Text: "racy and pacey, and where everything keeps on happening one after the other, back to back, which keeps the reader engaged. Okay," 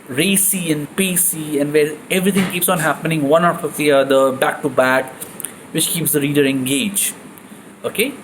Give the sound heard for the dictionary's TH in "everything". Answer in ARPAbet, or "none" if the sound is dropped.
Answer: T